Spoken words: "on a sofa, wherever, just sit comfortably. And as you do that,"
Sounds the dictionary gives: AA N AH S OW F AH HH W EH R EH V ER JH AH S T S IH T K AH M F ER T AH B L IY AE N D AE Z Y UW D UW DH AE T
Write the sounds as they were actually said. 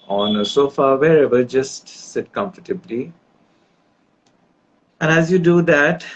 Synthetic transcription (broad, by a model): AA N AH S OW F AH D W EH R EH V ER JH AH S T S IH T K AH M F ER T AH B L IY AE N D AE Z Y UW D UW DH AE T